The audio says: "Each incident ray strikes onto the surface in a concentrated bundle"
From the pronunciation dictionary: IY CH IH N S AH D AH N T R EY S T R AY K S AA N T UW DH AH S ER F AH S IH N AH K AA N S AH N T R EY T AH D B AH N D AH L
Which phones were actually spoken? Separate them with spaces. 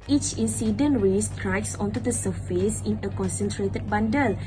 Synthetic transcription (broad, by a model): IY CH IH N S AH D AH N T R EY S T R AY K S AA N T UW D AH S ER F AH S IH N AH K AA N S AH N T R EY T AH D B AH N D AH L